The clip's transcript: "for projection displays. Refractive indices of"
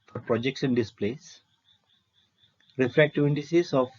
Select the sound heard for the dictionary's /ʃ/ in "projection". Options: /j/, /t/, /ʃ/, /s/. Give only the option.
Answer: /s/